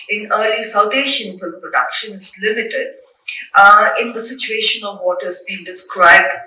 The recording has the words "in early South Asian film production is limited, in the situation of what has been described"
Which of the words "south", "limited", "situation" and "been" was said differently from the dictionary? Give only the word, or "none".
south